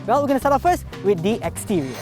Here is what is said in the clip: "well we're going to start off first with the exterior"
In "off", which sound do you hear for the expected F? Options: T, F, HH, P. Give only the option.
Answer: P